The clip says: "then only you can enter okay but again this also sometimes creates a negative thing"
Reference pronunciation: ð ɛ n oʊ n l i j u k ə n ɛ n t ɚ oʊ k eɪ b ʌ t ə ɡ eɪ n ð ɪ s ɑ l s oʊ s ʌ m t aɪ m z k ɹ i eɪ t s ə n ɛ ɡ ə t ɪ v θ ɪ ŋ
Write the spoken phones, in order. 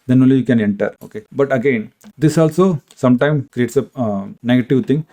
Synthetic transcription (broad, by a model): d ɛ n oʊ n l i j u k ə n ɛ n t ɚ oʊ k eɪ b ʌ t ə ɡ eɪ n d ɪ s ɑ l s oʊ s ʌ m t aɪ m k ɹ i eɪ t s ə n ɛ ɡ ə t ɪ v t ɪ ŋ